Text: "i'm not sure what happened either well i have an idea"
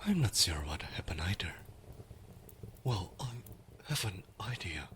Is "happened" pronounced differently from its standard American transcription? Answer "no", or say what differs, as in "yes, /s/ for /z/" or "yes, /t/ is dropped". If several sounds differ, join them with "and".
yes, /d/ is dropped